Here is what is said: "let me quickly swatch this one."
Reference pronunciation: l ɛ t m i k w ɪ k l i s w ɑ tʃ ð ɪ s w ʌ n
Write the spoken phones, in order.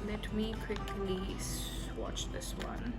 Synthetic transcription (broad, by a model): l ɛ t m i k w ɪ k l i s w ɑ tʃ ð ɪ s w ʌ n